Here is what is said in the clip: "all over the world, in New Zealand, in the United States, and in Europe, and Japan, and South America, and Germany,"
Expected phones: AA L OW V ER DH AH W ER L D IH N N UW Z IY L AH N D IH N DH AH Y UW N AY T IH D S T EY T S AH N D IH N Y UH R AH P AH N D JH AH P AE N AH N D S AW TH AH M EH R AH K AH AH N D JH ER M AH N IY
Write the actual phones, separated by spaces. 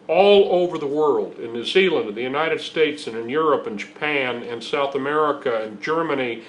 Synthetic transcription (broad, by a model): AA L OW V ER DH AH W ER L D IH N N UW Z IY L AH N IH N DH AH Y UW N AY T IH D S T EY T S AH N IH N Y UH R AH P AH N JH AH P AE N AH N S AW TH AH M EH R AH K AH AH N JH ER M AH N IY